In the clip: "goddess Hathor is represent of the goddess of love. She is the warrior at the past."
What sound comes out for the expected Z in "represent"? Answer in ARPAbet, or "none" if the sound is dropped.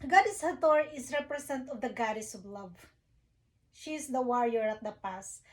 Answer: S